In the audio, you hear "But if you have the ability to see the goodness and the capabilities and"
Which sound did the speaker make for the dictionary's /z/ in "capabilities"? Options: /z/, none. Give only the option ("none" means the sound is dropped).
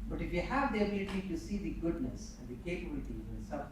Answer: none